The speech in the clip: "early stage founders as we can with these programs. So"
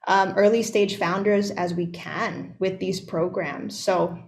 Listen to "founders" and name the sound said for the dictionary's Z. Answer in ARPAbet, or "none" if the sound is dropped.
Z